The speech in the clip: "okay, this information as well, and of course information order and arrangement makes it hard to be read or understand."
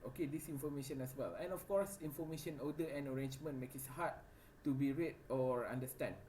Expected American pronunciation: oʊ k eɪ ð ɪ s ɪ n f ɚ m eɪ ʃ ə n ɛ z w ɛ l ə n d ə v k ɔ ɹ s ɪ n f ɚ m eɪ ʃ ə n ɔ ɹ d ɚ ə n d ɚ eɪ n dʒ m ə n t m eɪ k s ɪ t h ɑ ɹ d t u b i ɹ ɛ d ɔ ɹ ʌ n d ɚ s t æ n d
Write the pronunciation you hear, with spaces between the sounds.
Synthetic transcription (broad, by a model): oʊ k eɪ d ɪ s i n f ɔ m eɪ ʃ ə n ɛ s w ɛ l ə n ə f k ɔ ɹ s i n f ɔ m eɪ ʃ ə n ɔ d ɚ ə n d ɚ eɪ n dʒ m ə n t m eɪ k ɪ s h ɑ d t u b i ɹ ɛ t ɔ ɹ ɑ n d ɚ s t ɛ n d